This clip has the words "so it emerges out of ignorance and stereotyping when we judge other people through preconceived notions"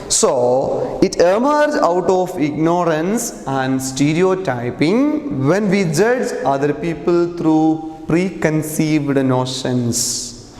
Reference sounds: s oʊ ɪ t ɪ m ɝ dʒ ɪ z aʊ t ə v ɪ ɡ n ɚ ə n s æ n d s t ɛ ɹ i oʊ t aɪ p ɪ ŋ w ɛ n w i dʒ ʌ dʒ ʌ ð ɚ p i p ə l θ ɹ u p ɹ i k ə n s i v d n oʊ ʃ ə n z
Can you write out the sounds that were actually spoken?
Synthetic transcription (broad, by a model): s oʊ ɪ t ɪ m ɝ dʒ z aʊ t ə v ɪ ɡ n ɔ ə n s æ n d s t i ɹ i oʊ t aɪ p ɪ ŋ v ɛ n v i dʒ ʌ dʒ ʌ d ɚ p i p ə l t ɹ u p ɹ i k ə n s i v d n oʊ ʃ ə n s